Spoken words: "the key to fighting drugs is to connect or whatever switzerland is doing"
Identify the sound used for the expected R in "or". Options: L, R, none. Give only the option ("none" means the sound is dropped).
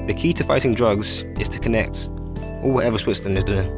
L